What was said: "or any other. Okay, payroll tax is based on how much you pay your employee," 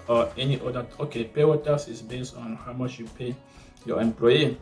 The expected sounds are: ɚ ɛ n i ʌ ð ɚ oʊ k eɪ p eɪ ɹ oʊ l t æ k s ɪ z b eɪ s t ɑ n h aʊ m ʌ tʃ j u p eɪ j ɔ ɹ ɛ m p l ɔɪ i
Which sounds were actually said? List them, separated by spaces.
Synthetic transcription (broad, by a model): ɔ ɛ n i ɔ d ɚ oʊ k eɪ p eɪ w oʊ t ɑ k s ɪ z b eɪ s t ɑ n h aʊ m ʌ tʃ j u p eɪ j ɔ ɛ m p l ɔɪ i